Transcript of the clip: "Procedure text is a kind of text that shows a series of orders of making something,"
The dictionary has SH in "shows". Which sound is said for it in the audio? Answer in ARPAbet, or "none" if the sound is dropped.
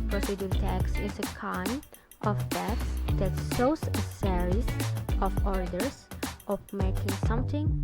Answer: S